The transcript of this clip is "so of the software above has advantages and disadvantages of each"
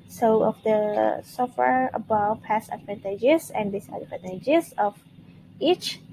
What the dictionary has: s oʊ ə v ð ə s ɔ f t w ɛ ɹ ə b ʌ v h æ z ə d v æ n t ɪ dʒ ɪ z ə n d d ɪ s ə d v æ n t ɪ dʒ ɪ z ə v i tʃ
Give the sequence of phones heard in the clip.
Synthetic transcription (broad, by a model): s oʊ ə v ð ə s ɔ f t w ɛ ɹ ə b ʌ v h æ s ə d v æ n t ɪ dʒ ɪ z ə n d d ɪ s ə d p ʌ t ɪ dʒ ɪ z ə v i tʃ